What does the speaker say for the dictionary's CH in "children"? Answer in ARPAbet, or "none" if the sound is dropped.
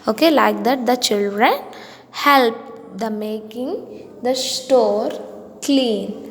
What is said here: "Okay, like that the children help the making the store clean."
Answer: CH